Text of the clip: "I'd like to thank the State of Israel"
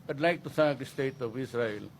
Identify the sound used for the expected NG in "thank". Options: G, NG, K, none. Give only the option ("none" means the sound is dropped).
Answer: none